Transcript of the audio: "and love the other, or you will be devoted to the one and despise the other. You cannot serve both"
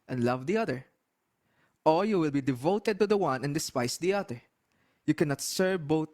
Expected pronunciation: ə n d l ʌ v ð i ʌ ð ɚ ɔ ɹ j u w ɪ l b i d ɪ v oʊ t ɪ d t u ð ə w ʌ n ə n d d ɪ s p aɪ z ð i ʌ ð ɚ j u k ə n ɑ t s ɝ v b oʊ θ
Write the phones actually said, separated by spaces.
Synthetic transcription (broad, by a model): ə n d l ʌ v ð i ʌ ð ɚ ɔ l j u w ɪ l b i d ɪ v oʊ t ɪ d t u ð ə w ʌ n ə n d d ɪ s p aɪ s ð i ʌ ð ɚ j u k ə n ɑ t s ɝ v b oʊ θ